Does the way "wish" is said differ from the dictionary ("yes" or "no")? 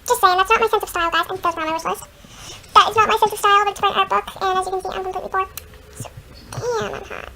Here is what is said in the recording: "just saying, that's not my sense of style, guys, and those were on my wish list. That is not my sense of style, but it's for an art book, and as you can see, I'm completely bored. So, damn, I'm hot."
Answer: yes